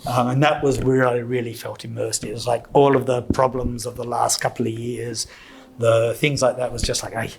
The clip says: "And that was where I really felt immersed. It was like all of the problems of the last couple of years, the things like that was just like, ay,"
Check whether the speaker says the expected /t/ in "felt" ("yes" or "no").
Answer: yes